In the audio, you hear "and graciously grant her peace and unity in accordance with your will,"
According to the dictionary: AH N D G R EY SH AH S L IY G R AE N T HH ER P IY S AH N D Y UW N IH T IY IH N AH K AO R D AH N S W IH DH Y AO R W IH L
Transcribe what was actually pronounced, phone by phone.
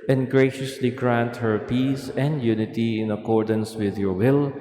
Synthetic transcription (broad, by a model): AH N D G R EY SH AH S L IY G R AE N T HH ER P IY S AH N D Y UW N IH T IY IH N AH K AO R D AH N S W IH DH Y AO R W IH L